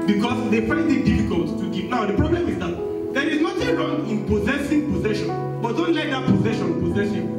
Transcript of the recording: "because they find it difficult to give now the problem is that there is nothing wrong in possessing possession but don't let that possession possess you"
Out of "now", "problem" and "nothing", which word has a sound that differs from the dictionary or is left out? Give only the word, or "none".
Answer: nothing